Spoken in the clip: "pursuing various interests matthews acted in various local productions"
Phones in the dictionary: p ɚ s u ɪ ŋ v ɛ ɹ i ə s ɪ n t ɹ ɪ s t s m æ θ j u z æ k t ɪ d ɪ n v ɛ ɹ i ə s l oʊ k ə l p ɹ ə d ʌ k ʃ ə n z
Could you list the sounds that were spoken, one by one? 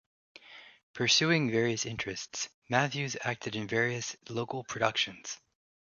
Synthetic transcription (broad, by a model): p ɚ s u ɪ ŋ v ɛ ɹ i ə s ɪ n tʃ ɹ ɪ s t s m æ θ j u z æ k t ɪ d ɪ n v ɛ ɹ i ə s l oʊ k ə l p ɹ ə d ʌ k ʃ ə n z